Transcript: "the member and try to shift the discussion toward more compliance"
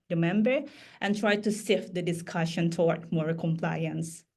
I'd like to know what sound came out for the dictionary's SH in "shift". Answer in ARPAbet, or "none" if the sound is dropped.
S